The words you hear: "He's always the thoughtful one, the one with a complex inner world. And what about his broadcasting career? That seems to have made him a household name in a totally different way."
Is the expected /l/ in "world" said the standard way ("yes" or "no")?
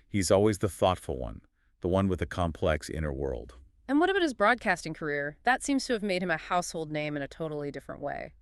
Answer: yes